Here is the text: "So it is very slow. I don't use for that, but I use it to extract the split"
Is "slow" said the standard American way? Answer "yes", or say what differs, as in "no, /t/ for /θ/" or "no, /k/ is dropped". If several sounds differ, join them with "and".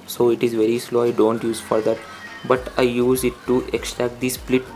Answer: yes